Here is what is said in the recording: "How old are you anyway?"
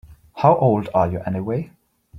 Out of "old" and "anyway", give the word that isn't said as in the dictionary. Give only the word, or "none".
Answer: none